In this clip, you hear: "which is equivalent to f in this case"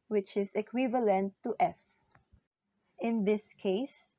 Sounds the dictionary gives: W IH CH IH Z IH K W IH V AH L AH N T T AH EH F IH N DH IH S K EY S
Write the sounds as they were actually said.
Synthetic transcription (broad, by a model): W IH CH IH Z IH K W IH V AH L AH N T T EH F IH N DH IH S K EY S